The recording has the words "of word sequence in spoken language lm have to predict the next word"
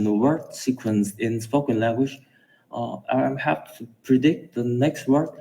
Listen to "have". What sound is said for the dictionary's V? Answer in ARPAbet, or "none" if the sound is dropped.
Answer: P